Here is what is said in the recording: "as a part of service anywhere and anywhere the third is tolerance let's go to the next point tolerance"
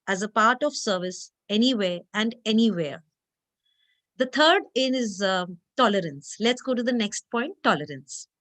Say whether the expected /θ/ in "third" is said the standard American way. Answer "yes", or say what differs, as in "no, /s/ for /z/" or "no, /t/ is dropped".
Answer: no, /t/ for /θ/